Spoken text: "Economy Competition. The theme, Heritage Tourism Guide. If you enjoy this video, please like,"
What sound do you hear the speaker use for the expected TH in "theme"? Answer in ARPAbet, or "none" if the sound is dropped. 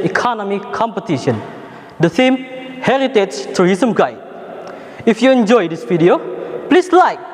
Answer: S